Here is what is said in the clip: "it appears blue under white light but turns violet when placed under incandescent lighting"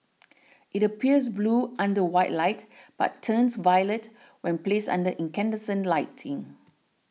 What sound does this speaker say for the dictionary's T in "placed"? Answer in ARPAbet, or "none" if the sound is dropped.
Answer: none